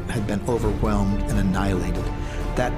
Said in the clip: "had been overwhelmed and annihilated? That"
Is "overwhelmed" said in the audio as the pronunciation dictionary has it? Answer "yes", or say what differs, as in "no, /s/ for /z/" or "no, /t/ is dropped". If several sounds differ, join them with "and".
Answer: yes